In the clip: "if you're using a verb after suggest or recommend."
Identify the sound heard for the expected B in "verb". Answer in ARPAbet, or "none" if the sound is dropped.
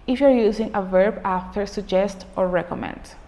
B